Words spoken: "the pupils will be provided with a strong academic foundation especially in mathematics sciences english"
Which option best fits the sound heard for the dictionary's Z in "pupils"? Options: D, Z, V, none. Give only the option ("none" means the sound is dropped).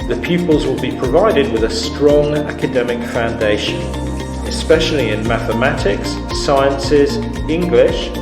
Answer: Z